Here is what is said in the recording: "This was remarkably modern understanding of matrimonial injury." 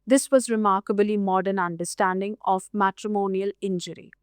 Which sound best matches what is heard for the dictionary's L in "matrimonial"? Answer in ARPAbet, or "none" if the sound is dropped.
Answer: L